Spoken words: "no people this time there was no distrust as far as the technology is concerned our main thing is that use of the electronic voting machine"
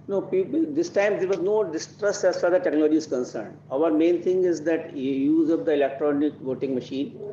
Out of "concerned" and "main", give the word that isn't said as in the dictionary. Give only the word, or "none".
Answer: none